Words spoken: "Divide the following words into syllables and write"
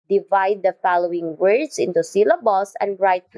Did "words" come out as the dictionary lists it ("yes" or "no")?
no